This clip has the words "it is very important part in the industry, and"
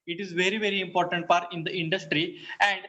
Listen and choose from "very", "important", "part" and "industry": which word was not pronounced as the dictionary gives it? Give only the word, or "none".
none